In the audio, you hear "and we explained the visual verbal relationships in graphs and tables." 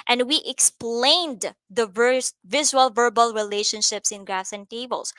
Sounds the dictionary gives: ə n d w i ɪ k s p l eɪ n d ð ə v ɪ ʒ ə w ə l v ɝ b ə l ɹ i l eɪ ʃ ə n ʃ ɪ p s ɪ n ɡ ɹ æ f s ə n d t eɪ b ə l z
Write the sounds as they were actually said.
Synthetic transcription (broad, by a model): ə n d w i ɪ k s p l eɪ n d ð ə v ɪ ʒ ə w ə l v ɝ b ə l ɹ i l eɪ ʃ ə n ʃ ɪ p s ɪ n ɡ ɹ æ s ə n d t eɪ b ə l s